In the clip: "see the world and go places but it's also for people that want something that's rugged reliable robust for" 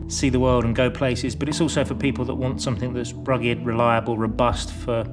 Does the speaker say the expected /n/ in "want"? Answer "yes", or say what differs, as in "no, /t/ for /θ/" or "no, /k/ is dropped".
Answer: yes